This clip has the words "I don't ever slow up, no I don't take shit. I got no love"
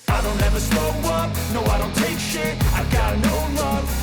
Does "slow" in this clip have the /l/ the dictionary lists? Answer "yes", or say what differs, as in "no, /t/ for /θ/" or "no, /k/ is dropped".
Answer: no, /l/ is dropped